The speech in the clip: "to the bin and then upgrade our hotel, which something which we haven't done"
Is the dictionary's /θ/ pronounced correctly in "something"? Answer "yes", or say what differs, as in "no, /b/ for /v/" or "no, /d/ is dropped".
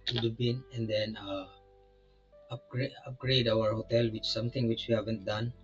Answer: no, /t/ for /θ/